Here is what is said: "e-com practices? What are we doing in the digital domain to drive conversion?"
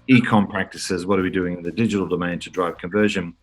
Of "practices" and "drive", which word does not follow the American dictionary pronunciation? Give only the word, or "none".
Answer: none